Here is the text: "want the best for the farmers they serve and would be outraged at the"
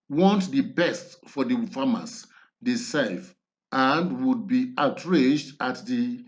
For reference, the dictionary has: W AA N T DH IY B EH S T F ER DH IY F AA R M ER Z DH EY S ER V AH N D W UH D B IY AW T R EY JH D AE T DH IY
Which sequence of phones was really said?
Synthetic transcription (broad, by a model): W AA N T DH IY B EH S T F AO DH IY F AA M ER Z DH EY S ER F AH N D W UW D B IY AW T R EY JH D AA T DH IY